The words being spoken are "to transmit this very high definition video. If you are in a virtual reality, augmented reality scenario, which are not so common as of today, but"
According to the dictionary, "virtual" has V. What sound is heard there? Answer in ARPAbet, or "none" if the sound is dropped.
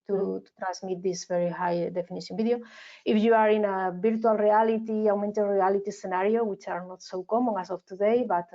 B